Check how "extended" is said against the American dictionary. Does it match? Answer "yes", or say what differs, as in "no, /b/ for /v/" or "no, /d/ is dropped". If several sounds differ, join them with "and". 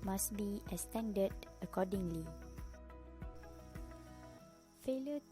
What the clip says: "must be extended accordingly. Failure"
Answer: no, /k/ is dropped